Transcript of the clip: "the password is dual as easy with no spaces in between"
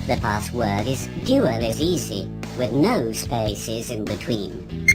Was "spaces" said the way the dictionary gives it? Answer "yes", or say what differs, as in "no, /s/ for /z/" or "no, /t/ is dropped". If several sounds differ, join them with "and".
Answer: yes